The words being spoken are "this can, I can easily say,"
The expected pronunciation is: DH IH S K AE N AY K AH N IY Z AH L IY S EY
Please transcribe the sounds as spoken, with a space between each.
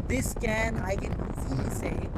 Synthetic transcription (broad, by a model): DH IH S K AE N AY K AH N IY S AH IY